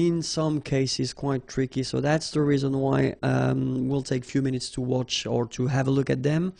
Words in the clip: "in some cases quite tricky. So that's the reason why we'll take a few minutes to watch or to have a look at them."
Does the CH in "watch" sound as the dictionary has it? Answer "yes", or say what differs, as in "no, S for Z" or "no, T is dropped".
yes